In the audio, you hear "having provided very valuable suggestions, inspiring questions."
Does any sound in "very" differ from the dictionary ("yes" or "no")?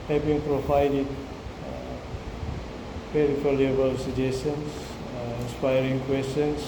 yes